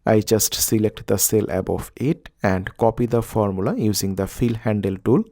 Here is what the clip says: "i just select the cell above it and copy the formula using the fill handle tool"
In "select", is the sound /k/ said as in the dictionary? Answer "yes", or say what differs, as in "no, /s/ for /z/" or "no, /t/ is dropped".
yes